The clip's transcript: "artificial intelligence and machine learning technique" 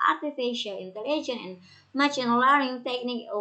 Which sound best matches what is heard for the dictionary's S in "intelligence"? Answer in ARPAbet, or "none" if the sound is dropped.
none